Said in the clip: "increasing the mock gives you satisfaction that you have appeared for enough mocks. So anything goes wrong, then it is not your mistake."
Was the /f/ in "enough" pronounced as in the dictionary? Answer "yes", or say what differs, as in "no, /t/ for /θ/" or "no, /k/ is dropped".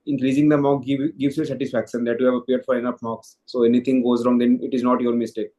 no, /p/ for /f/